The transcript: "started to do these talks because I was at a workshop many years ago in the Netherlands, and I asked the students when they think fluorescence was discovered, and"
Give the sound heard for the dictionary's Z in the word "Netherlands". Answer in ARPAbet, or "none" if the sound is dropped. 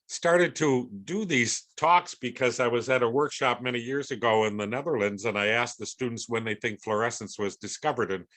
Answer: Z